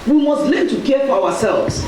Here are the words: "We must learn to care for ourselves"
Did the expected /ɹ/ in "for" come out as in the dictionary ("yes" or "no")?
no